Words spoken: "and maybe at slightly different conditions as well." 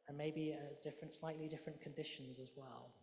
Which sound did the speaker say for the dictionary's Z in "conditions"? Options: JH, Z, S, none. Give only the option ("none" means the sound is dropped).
Z